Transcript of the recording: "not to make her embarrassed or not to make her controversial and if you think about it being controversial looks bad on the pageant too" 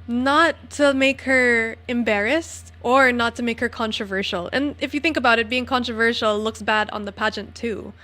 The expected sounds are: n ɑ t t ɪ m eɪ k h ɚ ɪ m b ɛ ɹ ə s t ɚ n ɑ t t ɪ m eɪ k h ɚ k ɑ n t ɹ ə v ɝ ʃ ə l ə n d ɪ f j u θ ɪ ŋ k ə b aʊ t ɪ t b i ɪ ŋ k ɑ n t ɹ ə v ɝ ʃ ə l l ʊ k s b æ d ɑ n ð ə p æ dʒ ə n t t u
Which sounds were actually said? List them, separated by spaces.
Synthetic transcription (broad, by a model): n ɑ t t ɪ m eɪ k h ɚ ɪ m b ɛ ɹ ə s t ɚ n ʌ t t ɪ m eɪ k h ɚ k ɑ n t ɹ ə v ɝ ʃ l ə n ɪ f j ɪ θ ɪ ŋ k ə b aʊ t ɪ t b i ɪ ŋ k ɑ n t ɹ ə v ɝ ʃ l l ʊ k s b æ d n ð ə p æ dʒ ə n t t u